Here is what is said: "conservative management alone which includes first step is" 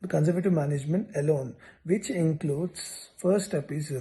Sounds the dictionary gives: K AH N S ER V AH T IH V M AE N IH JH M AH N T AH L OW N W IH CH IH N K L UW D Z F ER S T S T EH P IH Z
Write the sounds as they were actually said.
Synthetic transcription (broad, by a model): K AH N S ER V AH T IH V M AE N IH JH M AH N T AH L OW N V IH CH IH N K L UW D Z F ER T S T EH P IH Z